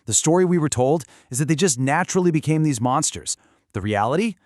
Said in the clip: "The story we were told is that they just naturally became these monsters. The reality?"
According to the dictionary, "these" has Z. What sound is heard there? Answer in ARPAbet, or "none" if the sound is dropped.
Z